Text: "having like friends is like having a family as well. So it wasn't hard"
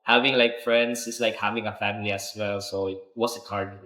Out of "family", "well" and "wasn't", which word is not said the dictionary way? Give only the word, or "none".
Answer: wasn't